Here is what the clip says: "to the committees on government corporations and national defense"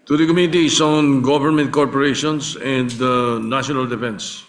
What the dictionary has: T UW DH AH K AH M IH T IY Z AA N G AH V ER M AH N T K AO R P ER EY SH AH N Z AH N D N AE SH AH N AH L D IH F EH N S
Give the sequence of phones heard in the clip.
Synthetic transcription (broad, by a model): T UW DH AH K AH M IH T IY S AA N G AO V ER M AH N T K AO R P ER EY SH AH N S AH N D N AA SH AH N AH L D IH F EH N S